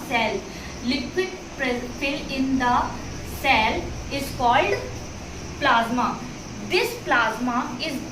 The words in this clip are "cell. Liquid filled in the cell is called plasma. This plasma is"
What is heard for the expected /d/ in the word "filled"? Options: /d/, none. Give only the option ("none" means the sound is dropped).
none